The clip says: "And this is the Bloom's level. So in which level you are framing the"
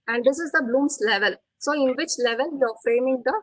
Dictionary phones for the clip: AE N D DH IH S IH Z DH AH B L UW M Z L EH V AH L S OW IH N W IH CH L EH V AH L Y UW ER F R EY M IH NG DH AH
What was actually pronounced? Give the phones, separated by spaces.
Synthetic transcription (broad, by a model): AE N D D IH S IH Z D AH B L UW M S L EH V AH L S OW IH N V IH CH L EH V AH L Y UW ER F R EY M IH NG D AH